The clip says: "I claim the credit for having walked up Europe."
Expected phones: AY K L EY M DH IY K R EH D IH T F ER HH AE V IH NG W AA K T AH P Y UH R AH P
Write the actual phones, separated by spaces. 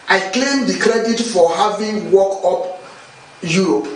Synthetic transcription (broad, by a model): AY K L EY M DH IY K R EH D IH T F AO HH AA V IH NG W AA K AO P Y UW R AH P